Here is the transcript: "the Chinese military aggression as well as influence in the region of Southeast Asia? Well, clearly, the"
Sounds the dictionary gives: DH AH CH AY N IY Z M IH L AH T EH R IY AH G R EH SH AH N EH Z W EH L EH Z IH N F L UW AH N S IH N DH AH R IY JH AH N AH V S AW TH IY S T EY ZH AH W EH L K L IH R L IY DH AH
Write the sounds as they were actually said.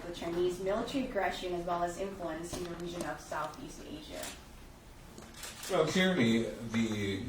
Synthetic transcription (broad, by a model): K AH CH AY N IY Z M IH L AH T EH R IY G R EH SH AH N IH Z W EH L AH Z IH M F L UW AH N S IH N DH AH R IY ZH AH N AH V S AW TH IY S T EY ZH AH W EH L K IH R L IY DH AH